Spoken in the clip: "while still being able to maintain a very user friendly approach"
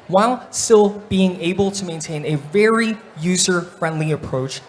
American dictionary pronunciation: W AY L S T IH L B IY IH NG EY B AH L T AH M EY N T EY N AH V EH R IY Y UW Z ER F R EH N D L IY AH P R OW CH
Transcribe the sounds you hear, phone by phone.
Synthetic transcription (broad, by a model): W AY L S T IH L B IY IH NG EY B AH L T AH M EY N T EY N AH V EH R IY Y UW Z ER F R EH N D L IY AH P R OW CH